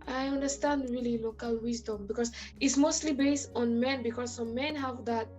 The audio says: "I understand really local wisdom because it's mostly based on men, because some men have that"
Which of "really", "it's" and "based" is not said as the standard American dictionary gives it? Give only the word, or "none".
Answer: none